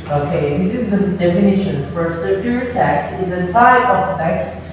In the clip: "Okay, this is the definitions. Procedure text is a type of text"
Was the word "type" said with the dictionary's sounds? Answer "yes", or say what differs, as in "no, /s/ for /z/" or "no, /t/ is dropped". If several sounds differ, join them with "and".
no, /s/ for /t/